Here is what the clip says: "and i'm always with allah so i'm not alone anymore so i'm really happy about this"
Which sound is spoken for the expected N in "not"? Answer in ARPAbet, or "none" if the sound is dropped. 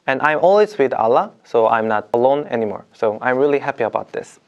N